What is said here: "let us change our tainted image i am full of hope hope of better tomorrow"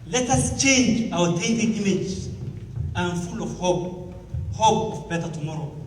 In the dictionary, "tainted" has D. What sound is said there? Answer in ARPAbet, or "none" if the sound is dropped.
none